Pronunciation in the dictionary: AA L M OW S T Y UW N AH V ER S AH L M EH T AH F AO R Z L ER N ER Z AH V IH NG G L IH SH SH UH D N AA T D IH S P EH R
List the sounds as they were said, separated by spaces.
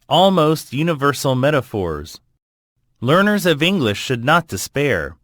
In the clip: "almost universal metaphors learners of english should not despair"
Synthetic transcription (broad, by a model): AA L M OW S T Y UW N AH V ER S L M EH T AH F AO R Z L ER N ER Z AH V IH NG G L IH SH SH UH D N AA T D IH S P EH R